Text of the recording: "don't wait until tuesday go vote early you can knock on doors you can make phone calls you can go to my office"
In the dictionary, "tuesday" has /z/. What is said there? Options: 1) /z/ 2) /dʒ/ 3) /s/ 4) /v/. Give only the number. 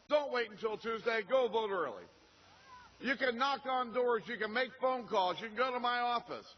1